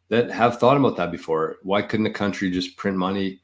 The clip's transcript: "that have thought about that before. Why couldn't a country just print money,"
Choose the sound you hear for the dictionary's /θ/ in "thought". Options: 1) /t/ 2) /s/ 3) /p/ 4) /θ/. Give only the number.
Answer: 4